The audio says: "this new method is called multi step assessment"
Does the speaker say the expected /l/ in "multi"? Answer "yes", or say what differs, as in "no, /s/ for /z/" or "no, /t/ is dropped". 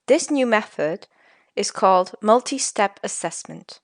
yes